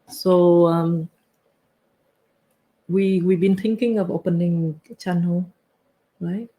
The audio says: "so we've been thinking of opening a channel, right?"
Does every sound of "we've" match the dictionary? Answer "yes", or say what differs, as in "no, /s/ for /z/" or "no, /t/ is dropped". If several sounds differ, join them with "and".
no, /w/ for /v/